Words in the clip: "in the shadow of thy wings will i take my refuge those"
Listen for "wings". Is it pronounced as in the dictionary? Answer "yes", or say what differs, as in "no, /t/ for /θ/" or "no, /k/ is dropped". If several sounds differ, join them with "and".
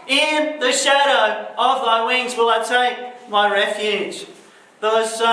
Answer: yes